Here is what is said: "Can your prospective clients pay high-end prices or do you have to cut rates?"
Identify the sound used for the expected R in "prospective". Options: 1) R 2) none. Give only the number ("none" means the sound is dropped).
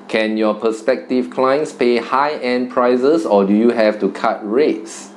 2